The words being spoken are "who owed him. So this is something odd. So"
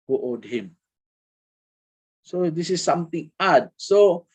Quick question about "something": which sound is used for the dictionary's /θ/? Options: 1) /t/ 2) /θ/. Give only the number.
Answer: 1